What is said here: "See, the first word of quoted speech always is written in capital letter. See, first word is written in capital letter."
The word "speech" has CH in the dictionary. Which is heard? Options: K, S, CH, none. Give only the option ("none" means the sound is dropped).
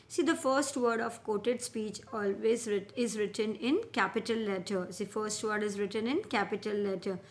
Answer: CH